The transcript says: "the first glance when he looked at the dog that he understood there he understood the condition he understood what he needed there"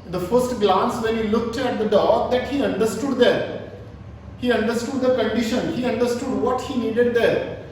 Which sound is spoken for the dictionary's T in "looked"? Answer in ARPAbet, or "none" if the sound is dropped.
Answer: T